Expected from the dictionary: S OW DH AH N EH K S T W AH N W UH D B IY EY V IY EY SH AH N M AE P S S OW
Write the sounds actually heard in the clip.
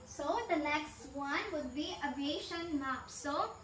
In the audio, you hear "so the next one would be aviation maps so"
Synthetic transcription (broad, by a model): S OW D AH L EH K S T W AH N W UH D B IY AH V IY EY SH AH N M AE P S S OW